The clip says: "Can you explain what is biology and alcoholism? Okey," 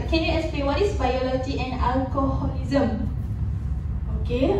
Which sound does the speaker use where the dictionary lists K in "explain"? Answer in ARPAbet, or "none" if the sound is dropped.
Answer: none